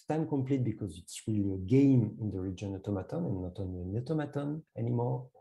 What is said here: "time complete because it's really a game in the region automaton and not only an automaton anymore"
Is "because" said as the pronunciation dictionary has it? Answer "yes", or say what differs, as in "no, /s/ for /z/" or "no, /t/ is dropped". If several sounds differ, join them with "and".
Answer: yes